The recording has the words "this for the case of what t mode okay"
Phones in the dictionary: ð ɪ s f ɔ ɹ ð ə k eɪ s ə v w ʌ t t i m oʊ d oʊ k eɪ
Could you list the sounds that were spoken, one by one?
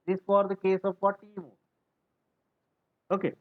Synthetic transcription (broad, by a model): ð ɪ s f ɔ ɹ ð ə k eɪ s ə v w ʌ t t i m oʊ oʊ k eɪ